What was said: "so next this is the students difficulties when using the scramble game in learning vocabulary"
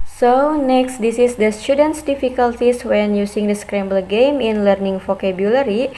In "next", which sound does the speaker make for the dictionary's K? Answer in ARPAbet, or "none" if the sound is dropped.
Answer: K